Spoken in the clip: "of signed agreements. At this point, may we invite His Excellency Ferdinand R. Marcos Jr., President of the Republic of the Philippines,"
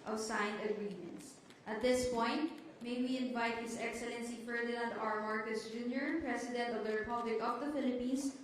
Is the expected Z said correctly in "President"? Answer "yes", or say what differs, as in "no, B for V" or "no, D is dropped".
no, S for Z